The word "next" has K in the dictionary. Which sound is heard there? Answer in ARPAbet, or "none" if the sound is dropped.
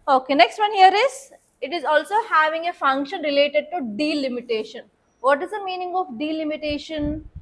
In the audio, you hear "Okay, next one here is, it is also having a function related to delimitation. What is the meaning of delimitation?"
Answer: K